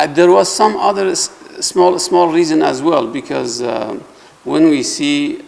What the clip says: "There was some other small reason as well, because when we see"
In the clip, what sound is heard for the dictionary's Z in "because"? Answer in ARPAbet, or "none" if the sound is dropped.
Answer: Z